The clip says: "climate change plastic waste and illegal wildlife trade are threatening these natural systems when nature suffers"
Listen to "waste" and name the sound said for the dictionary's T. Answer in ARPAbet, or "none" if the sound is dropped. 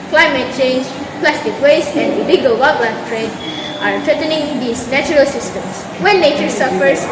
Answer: none